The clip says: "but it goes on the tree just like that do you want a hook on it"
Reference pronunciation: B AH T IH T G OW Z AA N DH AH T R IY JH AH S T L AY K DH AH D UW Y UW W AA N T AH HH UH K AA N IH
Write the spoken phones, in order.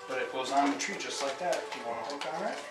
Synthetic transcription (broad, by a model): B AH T IH T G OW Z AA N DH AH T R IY JH AH S T L AY K DH AH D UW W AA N AH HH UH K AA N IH